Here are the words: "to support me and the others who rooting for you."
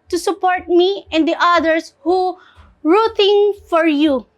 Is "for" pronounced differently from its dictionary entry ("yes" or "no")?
no